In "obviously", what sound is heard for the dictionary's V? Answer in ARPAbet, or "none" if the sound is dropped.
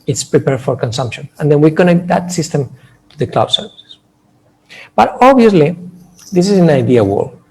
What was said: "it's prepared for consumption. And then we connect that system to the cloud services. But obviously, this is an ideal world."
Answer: none